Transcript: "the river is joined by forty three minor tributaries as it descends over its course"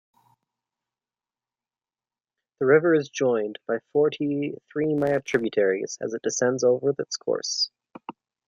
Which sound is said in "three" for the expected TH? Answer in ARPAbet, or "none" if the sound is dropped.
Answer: TH